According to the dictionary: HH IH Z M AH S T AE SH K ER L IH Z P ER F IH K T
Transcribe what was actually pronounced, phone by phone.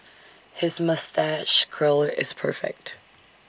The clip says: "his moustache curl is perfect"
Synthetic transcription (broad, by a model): HH IH Z M AH S T AE SH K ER L IH Z P ER F IH K T